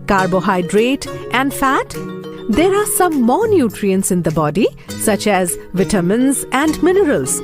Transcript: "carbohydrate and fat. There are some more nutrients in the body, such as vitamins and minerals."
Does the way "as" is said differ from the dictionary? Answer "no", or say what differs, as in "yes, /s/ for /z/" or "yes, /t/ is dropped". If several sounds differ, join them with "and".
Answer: no